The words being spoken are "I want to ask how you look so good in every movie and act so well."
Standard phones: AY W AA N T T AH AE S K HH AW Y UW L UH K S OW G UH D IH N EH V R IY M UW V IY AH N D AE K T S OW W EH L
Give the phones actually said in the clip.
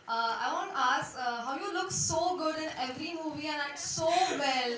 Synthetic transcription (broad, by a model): AY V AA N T T AH S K HH AW Y UW L UH K S OW G UH D IH N EH V R IY M UW V IY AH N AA T S OW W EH L